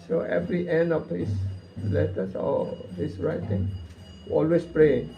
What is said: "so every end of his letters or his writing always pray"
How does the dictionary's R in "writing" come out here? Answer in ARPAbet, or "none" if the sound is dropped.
R